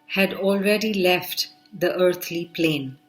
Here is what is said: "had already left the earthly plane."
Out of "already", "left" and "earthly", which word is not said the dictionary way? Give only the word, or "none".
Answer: earthly